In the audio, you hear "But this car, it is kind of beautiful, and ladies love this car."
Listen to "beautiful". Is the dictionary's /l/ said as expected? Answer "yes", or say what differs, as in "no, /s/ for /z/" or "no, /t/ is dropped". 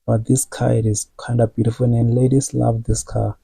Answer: no, /n/ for /l/